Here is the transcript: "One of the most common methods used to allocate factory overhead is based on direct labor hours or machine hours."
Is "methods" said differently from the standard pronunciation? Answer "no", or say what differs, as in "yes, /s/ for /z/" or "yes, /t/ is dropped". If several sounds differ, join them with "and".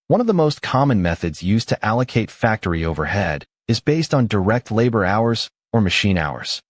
no